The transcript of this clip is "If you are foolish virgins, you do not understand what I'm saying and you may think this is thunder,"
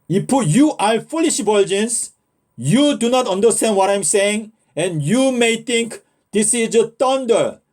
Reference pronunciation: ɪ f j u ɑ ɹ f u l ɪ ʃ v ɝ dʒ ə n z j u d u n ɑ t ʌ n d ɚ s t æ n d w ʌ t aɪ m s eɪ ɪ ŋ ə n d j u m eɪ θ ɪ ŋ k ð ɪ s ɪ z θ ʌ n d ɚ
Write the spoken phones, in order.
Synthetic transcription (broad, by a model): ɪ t j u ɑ l f u l ɪ ʃ b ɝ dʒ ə n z j u d u n ɑ t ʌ n d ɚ s t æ n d w ʌ t aɪ m s eɪ ɪ ŋ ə n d j u m eɪ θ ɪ ŋ k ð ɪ s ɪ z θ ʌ n d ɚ